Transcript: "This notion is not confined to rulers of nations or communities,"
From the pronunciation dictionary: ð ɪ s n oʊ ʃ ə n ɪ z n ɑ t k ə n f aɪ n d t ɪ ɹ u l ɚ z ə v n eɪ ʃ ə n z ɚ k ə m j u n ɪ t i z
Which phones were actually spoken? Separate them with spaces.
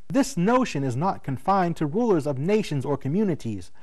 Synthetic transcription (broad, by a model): ð ɪ s n oʊ ʃ ə n ɪ z n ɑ t k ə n f aɪ n t ɪ ɹ u l ɚ z ə v n eɪ ʃ ə n z ɚ k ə m j u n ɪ t i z